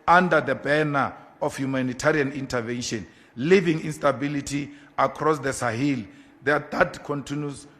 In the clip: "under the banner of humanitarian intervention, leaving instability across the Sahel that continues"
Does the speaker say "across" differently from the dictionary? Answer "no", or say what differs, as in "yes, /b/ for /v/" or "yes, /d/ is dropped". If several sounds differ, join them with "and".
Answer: no